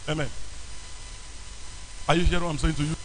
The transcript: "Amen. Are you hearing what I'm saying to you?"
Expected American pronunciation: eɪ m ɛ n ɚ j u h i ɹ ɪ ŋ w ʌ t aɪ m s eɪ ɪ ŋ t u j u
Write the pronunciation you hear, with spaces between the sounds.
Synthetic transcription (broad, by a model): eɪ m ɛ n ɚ j u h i ɪ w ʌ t aɪ m s eɪ ɪ ŋ t u j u